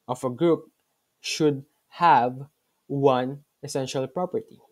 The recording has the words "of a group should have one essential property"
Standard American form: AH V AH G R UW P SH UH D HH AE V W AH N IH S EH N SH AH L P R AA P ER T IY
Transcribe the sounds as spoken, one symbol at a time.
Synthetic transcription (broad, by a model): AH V AH G R UW P SH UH D HH AE V W AH N IH S EH N SH AH L P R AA P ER T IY